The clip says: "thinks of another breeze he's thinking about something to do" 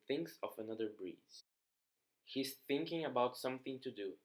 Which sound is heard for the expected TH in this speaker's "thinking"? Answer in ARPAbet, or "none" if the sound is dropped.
TH